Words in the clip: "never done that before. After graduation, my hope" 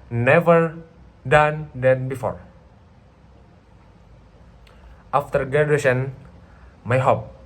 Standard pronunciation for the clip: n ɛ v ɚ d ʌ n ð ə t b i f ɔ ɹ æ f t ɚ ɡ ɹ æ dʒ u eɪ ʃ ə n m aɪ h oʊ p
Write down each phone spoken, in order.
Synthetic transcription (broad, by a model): n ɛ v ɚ d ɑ n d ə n b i f ɔ ɹ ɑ f t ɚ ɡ ɛ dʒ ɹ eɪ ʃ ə n m aɪ h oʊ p